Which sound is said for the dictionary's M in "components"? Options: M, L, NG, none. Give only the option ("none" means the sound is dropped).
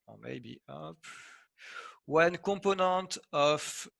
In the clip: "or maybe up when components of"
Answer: none